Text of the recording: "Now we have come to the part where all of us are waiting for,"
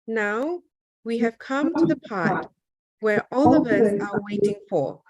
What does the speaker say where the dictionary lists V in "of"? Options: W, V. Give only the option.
V